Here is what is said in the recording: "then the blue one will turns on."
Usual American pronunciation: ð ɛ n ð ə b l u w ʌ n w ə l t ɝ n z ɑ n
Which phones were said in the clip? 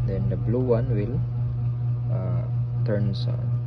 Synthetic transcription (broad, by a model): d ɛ n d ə b l u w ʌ n w ə l t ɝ n s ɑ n